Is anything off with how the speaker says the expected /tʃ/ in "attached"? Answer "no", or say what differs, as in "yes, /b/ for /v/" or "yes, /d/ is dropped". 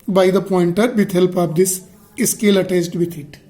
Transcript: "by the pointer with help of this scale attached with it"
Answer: yes, /s/ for /tʃ/